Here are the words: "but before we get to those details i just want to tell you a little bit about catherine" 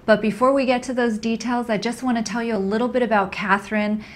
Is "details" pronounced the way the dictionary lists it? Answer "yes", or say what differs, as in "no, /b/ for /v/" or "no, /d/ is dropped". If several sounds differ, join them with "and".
yes